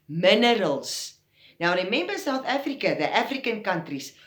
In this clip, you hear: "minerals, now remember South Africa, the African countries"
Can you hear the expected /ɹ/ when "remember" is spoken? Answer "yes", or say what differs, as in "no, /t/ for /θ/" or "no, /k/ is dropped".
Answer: no, /w/ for /ɹ/